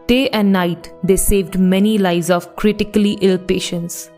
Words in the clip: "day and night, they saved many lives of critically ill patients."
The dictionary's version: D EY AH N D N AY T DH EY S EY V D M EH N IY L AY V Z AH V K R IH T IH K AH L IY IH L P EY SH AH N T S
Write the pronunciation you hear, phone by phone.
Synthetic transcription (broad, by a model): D EY AH N D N AY T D EY S EY V D M EH N IY L AY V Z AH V K R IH T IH K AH L IY IH L P EY SH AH N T S